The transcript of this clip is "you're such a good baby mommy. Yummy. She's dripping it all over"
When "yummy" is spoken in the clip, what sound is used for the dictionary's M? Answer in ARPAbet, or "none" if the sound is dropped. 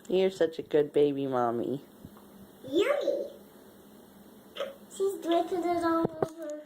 none